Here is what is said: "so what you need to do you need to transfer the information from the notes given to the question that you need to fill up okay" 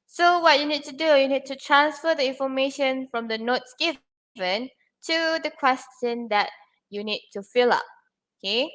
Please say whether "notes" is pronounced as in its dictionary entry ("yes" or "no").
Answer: yes